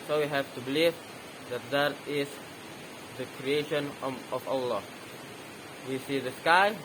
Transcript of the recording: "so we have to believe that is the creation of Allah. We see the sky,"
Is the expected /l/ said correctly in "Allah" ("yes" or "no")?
yes